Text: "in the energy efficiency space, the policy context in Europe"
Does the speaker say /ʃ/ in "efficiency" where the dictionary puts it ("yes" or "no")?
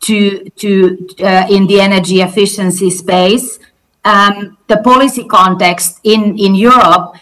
yes